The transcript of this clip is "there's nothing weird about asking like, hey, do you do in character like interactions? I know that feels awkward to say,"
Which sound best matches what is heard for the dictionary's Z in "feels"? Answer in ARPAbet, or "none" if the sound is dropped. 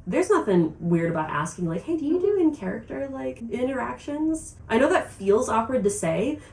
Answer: Z